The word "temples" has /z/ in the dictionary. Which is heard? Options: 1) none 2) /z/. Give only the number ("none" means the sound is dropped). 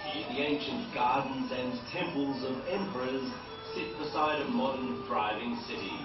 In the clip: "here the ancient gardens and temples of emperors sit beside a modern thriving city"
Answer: 2